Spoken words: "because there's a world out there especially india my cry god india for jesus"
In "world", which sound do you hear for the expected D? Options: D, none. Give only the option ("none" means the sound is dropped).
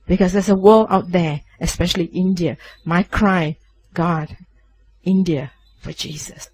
none